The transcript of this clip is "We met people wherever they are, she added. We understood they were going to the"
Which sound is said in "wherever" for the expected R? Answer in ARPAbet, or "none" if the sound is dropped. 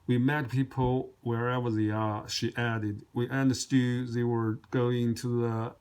R